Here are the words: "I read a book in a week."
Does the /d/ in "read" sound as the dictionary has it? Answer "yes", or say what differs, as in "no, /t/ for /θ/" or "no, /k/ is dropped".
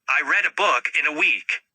yes